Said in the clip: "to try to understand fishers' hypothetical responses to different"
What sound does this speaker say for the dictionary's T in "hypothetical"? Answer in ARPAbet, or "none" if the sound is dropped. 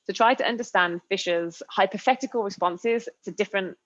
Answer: T